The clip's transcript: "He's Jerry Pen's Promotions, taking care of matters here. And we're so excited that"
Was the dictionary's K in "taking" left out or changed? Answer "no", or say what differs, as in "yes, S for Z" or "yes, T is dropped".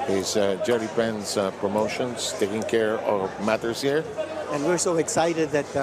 no